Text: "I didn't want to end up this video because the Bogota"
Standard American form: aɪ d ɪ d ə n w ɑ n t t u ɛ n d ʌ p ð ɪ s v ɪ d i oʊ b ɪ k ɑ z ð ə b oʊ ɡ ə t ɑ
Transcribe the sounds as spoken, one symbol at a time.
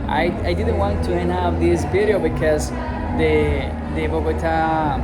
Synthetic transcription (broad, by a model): aɪ d ɪ d ə n w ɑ n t t u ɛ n ʌ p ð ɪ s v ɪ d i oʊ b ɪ k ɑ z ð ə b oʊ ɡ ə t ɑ